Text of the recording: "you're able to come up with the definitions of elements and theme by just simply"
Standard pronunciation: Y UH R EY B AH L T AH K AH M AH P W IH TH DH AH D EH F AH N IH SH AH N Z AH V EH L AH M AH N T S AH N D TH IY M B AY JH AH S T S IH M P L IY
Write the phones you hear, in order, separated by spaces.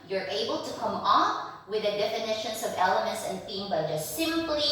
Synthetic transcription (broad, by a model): Y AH R EY B AH L T AH K AH M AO F W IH DH AH D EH F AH N IH SH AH N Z AH V EH L AH M AH N T S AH N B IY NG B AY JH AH S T S IH M P L IY